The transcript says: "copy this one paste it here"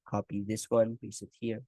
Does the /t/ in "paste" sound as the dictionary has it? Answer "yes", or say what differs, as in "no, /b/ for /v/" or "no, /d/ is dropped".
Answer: no, /t/ is dropped